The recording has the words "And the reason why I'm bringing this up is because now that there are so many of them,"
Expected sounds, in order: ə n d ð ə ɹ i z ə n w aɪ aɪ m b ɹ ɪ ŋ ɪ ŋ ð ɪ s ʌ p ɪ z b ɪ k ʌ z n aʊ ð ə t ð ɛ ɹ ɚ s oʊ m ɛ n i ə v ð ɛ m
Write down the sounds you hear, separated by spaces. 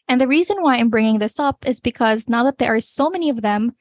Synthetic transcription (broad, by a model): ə n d ð ə ɹ i z ə n w aɪ aɪ m b ɹ ɪ ŋ ɪ ŋ ð ɪ s ʌ p ɪ z b ɪ k ʌ z n aʊ ð ə t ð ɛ ɹ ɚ s oʊ m ɛ n i ə v ð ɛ m